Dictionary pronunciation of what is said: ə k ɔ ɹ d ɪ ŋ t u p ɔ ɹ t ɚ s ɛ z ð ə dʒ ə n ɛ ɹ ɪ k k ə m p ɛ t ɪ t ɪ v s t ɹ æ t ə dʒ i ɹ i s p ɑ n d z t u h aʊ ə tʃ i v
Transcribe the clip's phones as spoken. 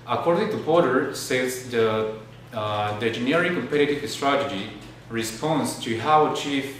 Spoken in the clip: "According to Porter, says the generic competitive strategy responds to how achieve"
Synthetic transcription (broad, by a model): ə k ɔ ɹ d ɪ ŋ t u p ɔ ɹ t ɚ s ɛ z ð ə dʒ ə n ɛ ɹ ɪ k k ə m p ɛ t ɪ t ɪ v s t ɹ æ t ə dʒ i ɹ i s p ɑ n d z t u h aʊ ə tʃ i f